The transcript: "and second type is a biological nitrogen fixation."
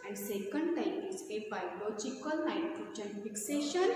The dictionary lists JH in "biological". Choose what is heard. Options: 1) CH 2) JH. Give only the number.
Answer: 1